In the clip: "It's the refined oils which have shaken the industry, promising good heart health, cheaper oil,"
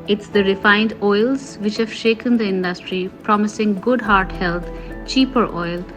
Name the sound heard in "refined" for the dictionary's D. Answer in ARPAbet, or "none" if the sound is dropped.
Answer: D